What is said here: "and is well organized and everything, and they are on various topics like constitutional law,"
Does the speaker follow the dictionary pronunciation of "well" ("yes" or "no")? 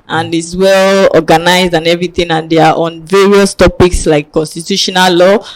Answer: yes